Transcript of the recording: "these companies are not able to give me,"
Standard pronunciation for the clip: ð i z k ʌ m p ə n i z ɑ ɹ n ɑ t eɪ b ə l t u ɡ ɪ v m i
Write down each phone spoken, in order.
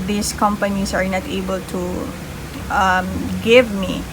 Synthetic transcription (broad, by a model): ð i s k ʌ m p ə n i s ɑ ɹ n ɑ t eɪ b ə l t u ɡ ɪ v m i